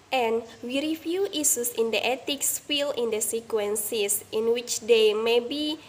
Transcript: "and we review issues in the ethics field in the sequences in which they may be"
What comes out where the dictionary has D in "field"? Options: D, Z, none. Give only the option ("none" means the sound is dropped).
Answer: none